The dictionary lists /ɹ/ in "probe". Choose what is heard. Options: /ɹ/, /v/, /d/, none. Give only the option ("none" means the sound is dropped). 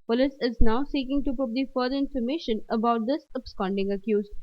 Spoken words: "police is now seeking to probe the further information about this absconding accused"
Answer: none